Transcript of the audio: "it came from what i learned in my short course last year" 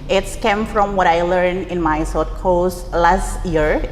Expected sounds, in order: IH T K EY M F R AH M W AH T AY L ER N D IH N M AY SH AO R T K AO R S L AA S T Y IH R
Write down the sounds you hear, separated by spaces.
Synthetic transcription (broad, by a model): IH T K EY M F R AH M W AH T AY L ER N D IH N M AY S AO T K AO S L AA S T Y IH R